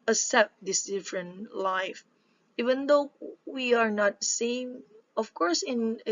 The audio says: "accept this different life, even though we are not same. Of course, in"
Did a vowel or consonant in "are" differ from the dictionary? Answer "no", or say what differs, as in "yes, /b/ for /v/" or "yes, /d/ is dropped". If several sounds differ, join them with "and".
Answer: no